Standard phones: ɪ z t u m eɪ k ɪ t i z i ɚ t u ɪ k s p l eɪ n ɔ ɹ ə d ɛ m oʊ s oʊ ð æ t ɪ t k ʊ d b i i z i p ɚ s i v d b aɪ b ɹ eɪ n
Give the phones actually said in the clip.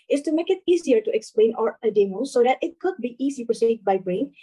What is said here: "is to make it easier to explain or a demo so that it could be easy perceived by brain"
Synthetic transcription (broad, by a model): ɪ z t u m eɪ k ɪ t i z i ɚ t u ɪ k s p l eɪ n ɔ ɹ ə d ɛ m oʊ s oʊ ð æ t ɪ t k ʊ d b i i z i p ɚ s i d b aɪ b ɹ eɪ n